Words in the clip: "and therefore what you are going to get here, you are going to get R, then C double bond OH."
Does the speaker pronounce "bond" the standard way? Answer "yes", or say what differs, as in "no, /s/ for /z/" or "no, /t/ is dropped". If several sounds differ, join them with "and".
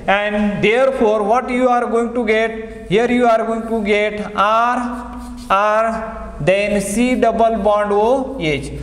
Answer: yes